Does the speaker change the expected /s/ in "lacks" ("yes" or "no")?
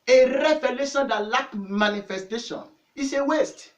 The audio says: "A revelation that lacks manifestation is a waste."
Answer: yes